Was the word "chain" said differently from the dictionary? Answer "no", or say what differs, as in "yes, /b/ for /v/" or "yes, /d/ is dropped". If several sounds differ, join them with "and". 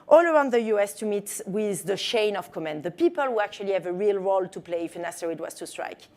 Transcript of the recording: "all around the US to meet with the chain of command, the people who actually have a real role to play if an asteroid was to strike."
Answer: yes, /ʃ/ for /tʃ/